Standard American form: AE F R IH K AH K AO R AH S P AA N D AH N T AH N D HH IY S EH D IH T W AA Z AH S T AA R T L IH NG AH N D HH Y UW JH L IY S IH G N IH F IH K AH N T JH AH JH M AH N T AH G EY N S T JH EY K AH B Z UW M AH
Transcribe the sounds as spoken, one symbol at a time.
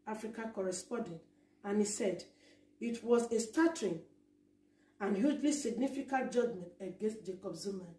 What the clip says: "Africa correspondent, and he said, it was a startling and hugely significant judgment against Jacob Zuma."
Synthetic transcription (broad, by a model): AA F R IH K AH K AO R AH S P AA N D AH N T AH N HH IY S EH D IH T W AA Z AH S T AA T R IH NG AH N HH Y UW JH L IY S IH G N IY F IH K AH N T JH AH JH M AH N T AH G EY N S T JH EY K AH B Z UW M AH